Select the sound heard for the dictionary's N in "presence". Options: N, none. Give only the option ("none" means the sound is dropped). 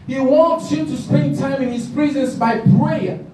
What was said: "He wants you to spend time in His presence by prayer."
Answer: N